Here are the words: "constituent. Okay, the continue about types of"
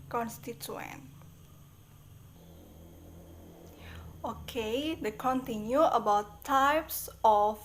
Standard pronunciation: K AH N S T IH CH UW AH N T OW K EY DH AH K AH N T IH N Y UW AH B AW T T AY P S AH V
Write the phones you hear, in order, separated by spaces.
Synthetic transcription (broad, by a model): K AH N S T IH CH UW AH N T OW K EY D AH K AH N T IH N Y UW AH B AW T T AY P S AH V